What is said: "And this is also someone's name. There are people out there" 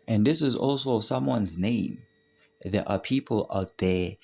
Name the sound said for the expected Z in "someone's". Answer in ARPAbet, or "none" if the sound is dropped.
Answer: Z